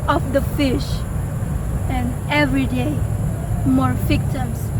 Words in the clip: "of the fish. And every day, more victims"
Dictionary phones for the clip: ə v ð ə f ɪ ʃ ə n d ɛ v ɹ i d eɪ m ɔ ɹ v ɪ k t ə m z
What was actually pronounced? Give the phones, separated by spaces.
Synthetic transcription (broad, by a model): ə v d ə f ɪ ʃ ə n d ɛ v ɹ i d eɪ m ɔ ɹ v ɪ k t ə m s